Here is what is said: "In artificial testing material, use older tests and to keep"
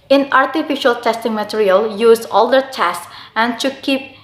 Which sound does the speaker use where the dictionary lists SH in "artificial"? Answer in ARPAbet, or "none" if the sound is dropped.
SH